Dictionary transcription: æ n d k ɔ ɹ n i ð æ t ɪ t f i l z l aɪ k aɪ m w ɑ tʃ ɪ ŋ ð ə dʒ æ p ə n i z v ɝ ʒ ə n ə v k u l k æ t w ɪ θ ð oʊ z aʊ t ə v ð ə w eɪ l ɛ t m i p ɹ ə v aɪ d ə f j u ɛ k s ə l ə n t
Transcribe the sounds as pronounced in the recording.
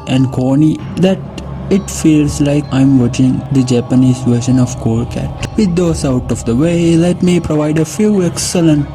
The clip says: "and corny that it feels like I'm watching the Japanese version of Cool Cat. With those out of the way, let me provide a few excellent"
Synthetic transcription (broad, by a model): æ n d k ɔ n i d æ t ɪ t f i l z l aɪ k aɪ m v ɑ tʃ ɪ ŋ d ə dʒ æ p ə n i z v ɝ ʃ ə n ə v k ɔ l k æ t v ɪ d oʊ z aʊ t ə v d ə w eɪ l ɛ t m i p ɹ ə v aɪ d ə f j u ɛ k s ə l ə n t